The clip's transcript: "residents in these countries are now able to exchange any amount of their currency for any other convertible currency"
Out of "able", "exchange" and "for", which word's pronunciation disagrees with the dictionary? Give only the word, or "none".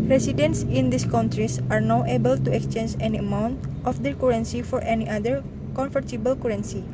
none